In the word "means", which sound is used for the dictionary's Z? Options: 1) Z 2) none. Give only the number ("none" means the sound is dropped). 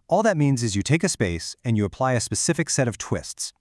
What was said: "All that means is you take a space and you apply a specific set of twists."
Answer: 1